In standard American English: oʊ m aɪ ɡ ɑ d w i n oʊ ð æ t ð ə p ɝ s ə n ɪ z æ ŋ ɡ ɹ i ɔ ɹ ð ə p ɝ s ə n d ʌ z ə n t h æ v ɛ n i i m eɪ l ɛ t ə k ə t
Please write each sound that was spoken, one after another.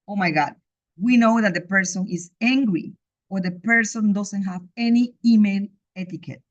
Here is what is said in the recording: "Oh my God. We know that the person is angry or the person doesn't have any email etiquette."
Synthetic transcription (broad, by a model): oʊ m aɪ ɡ ɑ d w i n oʊ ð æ t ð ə p ɝ s ə n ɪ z æ ŋ ɡ ɹ i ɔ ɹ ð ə p ɝ s ə n d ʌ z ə n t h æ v ɛ n i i m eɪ n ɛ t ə k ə t